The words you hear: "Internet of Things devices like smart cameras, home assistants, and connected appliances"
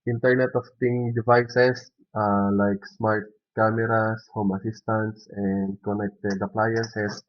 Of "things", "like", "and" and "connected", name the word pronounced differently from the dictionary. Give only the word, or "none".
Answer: things